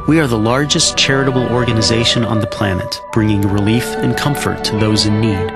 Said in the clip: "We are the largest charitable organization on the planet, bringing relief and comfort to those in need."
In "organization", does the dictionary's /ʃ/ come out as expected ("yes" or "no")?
yes